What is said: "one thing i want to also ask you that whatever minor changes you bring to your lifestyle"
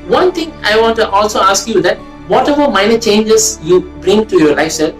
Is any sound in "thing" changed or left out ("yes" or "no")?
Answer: yes